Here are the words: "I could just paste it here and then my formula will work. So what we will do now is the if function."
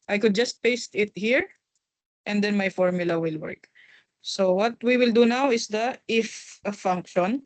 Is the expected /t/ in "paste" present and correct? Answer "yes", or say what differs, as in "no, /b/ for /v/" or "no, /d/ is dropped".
yes